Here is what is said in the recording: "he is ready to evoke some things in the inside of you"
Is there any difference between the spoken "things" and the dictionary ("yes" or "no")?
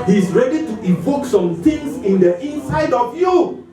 yes